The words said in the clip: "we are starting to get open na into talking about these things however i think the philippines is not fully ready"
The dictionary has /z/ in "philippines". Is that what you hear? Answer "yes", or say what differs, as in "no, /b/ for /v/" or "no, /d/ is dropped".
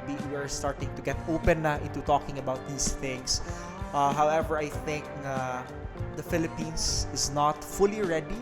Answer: no, /s/ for /z/